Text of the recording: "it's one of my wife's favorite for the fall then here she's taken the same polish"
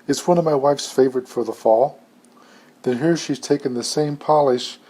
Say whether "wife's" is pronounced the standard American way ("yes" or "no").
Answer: yes